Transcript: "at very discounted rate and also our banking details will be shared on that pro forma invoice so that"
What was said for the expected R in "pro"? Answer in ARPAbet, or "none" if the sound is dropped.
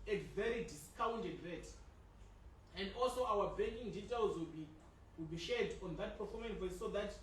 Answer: none